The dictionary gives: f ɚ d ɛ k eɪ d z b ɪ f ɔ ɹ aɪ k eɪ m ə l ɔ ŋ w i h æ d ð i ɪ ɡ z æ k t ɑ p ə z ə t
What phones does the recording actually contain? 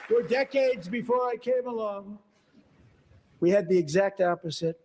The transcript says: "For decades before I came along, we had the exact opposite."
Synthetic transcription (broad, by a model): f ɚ d ɛ k eɪ d z b ɪ f ɔ ɹ aɪ k eɪ m ə l ɔ ŋ w i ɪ d ð i ɪ ɡ z æ k t ɑ p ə z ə t